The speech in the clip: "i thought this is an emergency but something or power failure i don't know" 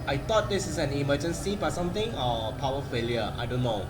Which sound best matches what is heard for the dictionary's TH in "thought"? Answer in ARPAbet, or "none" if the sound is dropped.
T